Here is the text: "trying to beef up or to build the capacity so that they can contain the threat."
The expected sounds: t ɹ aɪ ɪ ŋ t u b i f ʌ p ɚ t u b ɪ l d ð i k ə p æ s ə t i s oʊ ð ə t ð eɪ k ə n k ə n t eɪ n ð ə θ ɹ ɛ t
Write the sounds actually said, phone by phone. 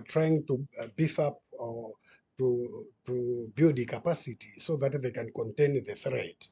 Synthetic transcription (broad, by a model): t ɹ aɪ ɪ ŋ t u b i f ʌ p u t u b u d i k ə p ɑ s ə t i s oʊ ð ə t ð eɪ k ə n k ə n t eɪ n ð ə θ ɹ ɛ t